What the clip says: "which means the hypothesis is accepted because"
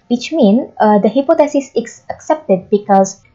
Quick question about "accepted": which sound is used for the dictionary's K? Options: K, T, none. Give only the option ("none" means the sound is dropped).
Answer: K